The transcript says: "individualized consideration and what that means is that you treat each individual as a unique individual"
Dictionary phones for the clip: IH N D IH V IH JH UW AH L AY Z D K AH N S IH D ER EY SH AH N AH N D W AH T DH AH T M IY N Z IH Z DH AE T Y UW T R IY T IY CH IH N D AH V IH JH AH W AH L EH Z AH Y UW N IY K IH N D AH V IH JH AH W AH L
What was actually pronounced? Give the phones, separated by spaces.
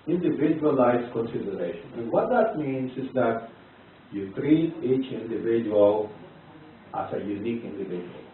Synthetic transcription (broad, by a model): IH N D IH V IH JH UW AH L AY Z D K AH N S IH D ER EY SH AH N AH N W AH T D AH T M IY N S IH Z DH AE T Y UW T R IY T IY CH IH N D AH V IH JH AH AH L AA S AH Y UW N IY K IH N D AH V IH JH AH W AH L